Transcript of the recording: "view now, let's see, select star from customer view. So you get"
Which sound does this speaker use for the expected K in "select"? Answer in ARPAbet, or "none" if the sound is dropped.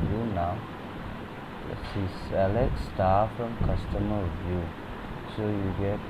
none